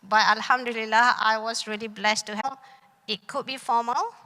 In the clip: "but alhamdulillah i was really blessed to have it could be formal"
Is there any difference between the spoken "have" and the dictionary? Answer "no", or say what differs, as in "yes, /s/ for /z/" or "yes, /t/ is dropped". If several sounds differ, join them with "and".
yes, /p/ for /v/